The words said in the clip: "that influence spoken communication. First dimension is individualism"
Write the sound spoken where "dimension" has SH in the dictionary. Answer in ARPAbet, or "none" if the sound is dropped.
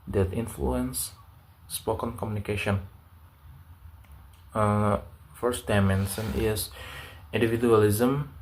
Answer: S